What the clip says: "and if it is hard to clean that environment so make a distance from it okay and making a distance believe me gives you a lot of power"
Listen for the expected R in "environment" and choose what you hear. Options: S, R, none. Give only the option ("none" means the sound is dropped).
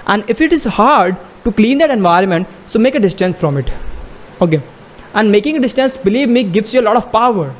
R